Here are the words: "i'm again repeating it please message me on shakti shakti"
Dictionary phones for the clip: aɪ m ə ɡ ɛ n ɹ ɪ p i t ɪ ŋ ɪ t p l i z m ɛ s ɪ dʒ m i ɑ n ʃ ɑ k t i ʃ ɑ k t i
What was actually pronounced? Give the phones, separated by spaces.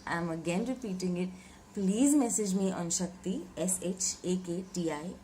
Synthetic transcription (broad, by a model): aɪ m ə ɡ ɛ n ɹ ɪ p i t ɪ ŋ ɪ t p l i z m ɛ s ɪ dʒ m i ɑ n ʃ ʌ k t i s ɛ k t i